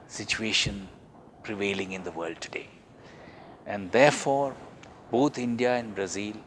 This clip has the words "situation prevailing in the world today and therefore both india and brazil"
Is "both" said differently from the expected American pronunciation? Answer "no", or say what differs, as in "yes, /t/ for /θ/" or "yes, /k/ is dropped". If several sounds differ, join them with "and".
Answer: yes, /t/ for /θ/